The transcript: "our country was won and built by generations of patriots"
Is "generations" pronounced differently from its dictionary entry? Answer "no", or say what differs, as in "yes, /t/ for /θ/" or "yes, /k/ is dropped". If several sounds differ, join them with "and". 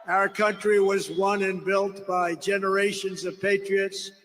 no